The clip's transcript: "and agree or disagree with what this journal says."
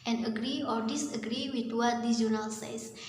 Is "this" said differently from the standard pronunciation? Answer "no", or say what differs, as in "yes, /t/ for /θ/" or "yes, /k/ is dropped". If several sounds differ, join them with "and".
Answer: yes, /s/ is dropped